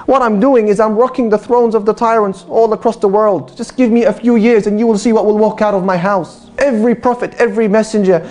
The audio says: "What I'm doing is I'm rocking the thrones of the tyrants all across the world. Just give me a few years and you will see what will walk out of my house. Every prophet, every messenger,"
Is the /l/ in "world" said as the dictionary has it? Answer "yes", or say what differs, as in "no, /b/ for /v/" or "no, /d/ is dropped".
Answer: yes